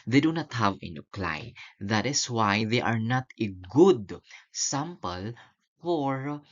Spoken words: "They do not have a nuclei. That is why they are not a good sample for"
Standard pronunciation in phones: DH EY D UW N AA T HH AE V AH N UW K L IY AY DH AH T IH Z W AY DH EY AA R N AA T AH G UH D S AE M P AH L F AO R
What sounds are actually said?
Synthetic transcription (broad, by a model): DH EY D UW N AA T HH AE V AH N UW K L AY DH AH T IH S W AY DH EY AA R N AA T AH G UH D S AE M P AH L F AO R